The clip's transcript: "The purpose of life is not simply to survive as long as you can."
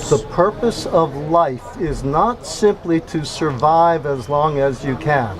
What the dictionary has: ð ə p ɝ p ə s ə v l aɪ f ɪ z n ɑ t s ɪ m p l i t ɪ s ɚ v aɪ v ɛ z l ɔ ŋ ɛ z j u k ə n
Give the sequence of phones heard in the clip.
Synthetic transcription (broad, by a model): ð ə p ɝ p ə s ə v l aɪ f ɪ z n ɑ t s ɪ m p l i t ɪ s ɚ v aɪ v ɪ z l ɔ ŋ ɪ z j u k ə n